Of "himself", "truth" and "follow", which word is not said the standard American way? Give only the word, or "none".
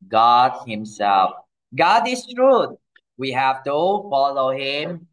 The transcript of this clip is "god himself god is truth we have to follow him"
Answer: truth